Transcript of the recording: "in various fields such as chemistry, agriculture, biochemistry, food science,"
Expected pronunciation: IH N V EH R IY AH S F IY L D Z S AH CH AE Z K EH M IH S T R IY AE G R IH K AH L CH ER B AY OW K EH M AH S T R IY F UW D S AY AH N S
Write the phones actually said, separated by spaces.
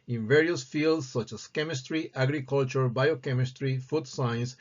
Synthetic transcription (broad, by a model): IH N V EH R IY AH S F IY L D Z S AH CH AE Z K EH M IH S T R IY AE G R IH K AH L CH ER B AY OW K EH M AH S T R IY F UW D S AY N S